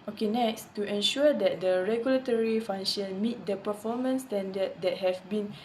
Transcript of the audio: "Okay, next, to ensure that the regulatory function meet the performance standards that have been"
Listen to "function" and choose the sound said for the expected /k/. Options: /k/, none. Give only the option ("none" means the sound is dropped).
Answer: none